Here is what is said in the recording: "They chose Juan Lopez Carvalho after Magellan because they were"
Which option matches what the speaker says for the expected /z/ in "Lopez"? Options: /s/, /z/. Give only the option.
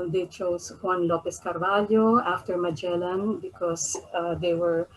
/s/